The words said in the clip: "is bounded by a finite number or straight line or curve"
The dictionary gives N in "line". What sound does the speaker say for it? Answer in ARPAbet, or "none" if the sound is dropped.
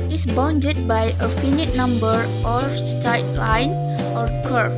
N